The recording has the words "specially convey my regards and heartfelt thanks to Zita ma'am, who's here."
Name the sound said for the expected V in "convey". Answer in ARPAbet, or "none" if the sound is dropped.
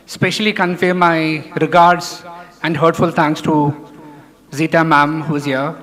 F